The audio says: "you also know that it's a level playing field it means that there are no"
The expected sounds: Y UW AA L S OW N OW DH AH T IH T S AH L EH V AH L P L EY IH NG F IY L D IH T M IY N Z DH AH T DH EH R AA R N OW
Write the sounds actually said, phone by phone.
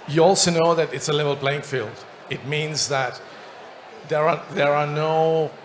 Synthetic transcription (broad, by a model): Y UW AA L S OW N OW DH AH T IH T S AH L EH V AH L B L EY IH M F IY L D IH T M IY N Z DH AH T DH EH R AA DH N OW